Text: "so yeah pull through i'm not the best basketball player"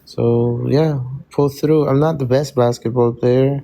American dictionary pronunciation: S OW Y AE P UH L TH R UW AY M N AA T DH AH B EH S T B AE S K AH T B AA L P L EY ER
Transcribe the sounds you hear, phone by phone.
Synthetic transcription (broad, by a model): S OW Y AE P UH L TH R UW AY M N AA T DH AH B EH S T B AE S K AH T B AA L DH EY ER